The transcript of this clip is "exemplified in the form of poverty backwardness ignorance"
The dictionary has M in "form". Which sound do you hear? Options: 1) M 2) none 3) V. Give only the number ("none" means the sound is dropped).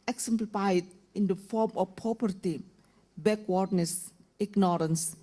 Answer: 1